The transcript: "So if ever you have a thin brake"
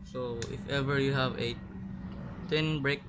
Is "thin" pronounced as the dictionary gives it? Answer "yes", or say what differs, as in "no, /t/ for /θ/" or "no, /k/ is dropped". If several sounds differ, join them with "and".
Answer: no, /t/ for /θ/